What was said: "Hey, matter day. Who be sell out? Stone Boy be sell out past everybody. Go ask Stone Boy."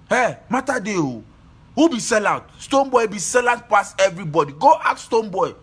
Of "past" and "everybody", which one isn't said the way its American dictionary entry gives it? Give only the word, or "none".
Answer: past